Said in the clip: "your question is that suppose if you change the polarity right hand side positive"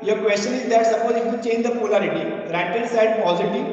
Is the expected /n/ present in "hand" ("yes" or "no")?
no